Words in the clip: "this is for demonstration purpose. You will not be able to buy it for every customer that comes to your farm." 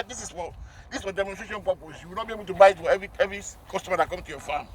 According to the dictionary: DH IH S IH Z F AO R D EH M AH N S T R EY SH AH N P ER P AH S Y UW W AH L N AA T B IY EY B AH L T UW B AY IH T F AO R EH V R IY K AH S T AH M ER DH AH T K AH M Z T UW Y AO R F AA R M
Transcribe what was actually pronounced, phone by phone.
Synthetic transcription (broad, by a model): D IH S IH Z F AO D D EH M AH N S T R EY SH AH N P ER P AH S Y UW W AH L N AA T B IY EY B AH L T UW B AY IH T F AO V EH V R IY K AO S T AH M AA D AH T K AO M T UW Y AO F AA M